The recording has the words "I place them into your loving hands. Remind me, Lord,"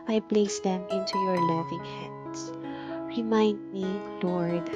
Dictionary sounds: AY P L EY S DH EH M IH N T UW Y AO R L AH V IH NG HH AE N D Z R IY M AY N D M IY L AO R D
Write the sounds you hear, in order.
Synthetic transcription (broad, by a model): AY P L EY S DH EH M IH N T UW Y AO R L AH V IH NG HH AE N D S R IY M AY N D M IY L AO R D